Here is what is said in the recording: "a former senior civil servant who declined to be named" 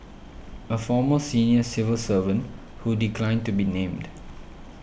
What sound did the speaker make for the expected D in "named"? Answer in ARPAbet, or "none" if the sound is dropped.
D